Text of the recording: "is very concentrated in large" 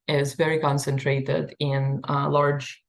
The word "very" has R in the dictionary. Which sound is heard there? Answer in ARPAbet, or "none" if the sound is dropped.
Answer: R